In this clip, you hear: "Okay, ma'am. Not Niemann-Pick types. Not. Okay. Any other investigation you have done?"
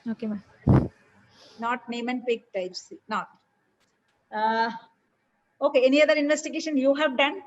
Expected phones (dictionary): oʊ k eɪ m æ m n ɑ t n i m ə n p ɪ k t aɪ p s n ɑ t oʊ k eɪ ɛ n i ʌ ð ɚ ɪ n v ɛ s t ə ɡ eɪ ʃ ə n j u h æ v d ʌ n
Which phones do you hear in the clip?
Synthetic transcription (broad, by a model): oʊ k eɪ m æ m n ɑ t n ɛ m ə n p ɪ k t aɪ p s n ɑ t oʊ k eɪ ɛ n i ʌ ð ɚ ɪ n v ɛ s t ə ɡ eɪ ʃ ə n j u h æ v d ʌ n